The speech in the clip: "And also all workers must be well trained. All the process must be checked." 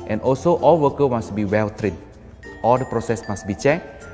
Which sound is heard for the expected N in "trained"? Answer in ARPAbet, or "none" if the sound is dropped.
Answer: none